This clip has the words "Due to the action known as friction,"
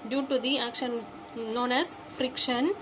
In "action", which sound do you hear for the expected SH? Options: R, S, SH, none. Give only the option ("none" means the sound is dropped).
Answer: SH